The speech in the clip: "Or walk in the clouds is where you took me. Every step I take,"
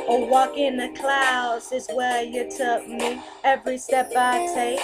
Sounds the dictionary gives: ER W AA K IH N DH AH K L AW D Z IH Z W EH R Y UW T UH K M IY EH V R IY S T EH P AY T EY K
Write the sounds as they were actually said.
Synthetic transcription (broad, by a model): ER W AA K IH N DH AH K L AW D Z IH Z W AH R Y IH T UH K M IY EH V R IY S T EH P AY T EY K